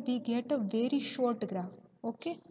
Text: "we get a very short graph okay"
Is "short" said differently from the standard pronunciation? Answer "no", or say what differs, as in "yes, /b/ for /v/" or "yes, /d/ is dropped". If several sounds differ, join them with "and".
no